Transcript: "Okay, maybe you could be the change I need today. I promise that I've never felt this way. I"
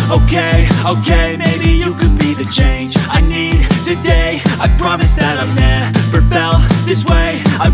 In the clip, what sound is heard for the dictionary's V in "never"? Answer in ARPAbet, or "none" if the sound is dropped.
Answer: P